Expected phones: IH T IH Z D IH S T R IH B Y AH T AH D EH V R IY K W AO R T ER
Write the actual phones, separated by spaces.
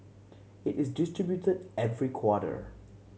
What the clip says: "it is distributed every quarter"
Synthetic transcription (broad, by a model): IH T IH Z D IH S T R IH B Y AH T AH D EH V R IY K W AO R T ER